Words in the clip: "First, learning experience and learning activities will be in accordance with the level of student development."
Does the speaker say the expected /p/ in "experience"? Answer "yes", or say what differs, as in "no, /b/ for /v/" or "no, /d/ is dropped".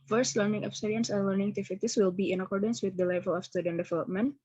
no, /p/ is dropped